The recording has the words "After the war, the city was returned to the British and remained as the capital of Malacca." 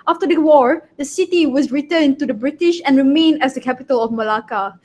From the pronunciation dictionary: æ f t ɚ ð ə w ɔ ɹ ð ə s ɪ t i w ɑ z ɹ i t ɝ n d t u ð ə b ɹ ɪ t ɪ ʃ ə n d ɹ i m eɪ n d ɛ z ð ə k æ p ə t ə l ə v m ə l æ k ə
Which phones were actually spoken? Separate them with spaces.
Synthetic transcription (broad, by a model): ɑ f t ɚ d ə w ɔ ɹ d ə s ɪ t i w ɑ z ɹ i t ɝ n t u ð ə b ɹ ɪ t ɪ ʃ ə n ɹ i m eɪ n ɛ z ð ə k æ p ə t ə l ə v m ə l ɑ k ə